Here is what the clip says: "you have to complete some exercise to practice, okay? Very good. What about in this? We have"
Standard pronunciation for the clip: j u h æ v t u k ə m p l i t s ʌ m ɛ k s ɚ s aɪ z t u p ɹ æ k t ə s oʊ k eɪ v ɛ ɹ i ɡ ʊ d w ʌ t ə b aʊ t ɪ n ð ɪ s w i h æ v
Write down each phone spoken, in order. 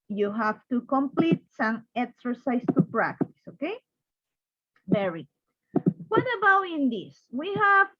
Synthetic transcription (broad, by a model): j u h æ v t u k ə m p l i t s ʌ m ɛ k s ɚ s aɪ s t u p ɹ æ k t ə s oʊ k eɪ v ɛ ɹ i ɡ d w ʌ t ə b aʊ t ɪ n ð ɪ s w i h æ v